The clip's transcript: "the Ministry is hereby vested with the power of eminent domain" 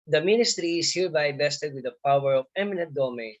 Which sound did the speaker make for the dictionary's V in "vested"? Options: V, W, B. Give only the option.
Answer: B